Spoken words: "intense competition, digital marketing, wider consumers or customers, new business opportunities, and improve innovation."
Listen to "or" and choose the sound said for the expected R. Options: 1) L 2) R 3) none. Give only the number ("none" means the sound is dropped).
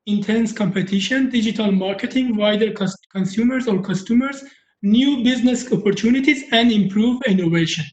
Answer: 2